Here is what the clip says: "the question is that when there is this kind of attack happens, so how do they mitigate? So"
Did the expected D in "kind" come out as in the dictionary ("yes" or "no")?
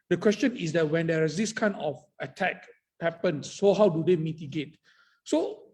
no